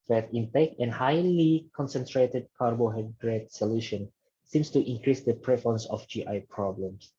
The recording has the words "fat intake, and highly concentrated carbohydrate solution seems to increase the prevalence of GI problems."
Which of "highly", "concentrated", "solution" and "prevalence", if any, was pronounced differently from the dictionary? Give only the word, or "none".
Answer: prevalence